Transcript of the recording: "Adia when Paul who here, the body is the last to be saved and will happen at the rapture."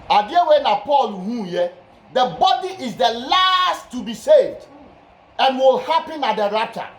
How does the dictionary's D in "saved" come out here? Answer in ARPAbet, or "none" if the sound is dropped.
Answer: D